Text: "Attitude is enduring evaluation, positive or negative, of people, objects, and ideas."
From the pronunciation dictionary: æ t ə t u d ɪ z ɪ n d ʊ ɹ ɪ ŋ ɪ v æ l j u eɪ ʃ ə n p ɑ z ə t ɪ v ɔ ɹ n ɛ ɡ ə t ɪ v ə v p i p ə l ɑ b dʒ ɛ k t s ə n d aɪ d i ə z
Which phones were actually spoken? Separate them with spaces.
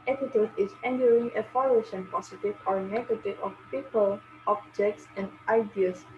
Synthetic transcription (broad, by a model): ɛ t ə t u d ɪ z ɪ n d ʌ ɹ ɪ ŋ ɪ f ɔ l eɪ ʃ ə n p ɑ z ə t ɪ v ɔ ɹ n ɛ ɡ ə t ɪ v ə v p i p ə l ɑ b dʒ ɛ k t s ə n d aɪ d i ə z